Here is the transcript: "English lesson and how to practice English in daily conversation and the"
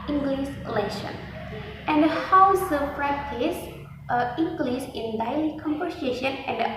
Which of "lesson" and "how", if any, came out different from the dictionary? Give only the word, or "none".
lesson